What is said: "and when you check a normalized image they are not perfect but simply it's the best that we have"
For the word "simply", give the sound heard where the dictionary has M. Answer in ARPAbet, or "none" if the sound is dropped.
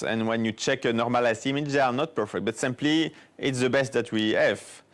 M